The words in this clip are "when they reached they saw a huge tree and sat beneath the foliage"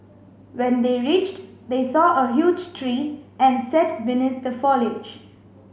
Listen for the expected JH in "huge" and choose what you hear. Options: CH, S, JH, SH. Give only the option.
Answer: JH